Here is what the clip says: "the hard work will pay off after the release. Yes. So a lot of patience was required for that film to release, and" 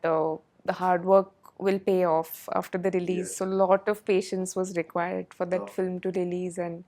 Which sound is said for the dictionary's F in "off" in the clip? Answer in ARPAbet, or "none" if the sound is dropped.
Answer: F